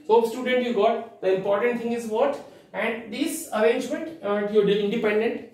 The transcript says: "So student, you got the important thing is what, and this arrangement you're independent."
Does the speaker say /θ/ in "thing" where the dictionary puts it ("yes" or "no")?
no